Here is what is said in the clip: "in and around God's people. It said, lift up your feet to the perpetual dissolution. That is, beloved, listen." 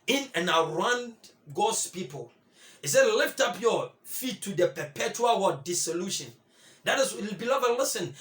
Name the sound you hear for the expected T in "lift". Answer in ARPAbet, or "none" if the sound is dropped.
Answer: T